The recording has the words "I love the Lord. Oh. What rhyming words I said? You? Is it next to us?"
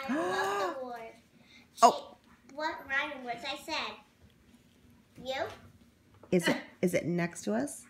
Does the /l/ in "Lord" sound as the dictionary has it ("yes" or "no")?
no